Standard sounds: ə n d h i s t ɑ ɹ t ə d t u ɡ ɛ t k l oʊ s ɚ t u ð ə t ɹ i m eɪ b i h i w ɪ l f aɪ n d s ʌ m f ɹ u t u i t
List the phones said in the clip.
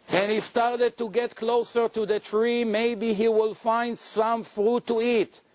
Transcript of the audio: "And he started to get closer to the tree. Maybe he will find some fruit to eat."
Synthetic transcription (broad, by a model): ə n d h i s t ɑ ɹ t ə d t u ɡ ɛ t k l oʊ s ɚ t u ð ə t ɹ i m eɪ b i h i w ɪ l f aɪ n d s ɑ m f ɹ u t u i t